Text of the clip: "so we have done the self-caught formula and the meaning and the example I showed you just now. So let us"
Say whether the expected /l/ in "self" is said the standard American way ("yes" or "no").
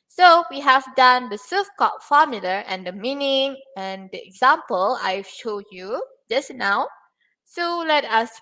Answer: no